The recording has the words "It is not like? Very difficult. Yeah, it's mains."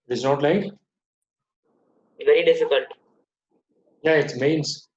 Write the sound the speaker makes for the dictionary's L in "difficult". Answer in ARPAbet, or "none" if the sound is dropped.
L